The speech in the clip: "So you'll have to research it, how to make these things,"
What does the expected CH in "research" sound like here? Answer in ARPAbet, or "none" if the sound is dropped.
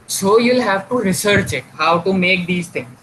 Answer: CH